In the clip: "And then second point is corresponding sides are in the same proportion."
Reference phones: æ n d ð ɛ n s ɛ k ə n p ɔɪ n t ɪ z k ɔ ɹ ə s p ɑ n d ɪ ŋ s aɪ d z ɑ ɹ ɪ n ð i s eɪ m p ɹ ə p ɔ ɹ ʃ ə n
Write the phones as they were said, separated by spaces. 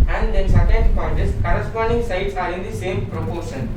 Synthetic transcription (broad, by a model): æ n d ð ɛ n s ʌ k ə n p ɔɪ t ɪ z k ɔ ɹ ə s p ɑ n d ɪ ŋ s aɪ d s ɑ ɹ ɪ n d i s eɪ m p ɹ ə p ɔ ɹ ʃ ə n